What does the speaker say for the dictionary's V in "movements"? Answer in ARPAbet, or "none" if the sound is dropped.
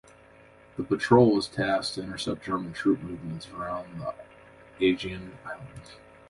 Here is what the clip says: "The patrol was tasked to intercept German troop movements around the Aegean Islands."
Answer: V